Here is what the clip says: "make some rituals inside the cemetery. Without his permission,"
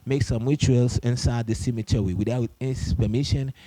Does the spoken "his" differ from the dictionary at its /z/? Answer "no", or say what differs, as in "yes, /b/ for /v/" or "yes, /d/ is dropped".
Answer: yes, /s/ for /z/